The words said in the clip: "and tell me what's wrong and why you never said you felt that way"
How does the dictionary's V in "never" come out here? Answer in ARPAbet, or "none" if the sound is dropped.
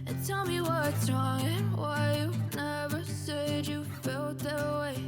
V